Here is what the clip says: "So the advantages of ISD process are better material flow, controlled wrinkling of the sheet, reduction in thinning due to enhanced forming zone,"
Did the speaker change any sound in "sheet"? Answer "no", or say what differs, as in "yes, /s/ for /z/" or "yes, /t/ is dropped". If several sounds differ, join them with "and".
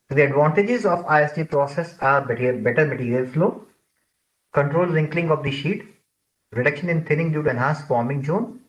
no